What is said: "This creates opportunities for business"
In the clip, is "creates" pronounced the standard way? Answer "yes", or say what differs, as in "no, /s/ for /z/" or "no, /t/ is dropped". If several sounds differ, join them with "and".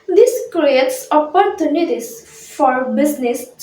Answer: yes